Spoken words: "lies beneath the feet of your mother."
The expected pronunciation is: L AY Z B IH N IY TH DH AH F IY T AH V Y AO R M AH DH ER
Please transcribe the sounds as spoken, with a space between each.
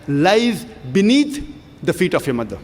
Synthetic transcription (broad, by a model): L AY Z B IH N IY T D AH F IY T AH F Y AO M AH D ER